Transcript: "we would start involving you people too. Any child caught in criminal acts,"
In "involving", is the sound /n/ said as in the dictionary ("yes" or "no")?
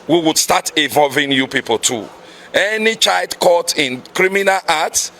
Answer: no